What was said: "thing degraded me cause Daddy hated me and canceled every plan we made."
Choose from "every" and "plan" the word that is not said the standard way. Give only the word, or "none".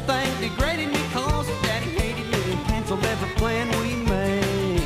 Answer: every